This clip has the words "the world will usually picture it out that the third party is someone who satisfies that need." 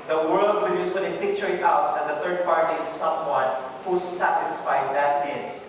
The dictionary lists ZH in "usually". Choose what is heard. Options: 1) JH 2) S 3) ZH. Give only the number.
2